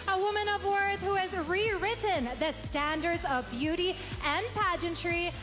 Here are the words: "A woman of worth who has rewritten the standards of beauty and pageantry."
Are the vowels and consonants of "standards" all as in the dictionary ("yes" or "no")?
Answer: yes